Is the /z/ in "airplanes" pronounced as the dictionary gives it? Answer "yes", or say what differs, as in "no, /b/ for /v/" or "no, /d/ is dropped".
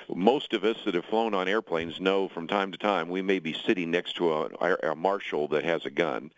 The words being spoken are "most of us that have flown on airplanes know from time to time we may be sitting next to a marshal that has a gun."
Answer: yes